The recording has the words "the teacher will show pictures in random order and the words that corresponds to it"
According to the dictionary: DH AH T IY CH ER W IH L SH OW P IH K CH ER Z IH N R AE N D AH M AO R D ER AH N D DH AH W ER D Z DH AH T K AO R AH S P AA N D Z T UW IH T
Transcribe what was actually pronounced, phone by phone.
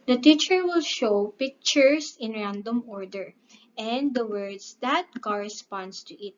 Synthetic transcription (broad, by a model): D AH T IY CH ER W IH L SH OW P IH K CH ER S IH N R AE N D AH M AO R D ER AH N D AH W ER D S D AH T K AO R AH S P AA N D S T UW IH T